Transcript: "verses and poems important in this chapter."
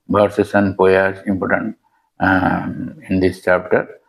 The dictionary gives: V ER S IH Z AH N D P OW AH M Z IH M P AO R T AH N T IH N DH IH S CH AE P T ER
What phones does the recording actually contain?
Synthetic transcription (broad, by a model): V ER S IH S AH N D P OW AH Z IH M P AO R T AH N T IH N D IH S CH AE P T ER